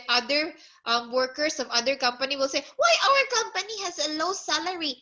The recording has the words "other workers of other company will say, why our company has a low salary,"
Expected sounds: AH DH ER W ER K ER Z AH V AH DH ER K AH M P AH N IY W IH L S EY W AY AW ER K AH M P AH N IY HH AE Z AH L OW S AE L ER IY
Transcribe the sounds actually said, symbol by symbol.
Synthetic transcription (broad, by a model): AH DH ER W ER K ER S AH V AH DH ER K AH M P AH N IY W IH L S EY W AY AW ER K AH M P AH N IY HH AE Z AH L OW S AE L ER IY